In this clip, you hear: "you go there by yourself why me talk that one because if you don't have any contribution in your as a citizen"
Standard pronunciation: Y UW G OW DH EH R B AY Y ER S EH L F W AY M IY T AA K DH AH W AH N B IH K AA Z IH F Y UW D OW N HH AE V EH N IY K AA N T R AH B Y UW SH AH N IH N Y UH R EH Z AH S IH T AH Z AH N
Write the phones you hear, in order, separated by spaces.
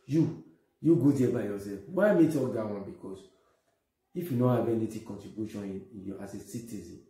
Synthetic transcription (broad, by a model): Y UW G OW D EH B AY Y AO S EH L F W AY M IY T AA K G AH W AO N B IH K AA S IH F Y UW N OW HH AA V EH N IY K AA N T R AH B Y UW SH AH N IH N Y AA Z AH S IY T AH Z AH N